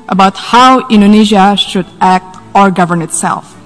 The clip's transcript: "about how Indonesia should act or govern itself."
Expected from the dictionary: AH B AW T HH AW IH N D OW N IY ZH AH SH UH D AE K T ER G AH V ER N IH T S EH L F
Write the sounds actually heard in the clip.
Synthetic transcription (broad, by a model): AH B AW T HH AW IH N D OW N IY ZH AH SH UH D AE K T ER G AH V ER N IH T S EH L F